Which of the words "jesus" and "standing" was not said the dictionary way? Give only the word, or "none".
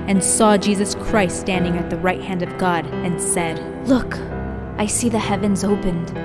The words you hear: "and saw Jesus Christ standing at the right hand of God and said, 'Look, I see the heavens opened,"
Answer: none